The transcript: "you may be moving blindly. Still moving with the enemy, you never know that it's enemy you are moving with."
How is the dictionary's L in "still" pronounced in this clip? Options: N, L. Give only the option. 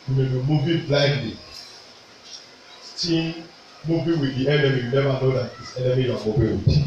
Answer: N